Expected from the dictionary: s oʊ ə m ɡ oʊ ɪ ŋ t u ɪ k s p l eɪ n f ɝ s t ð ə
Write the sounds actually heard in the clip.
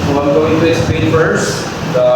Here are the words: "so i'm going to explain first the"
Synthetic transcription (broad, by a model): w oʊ ə m ɡ oʊ ɪ ŋ t u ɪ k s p eɪ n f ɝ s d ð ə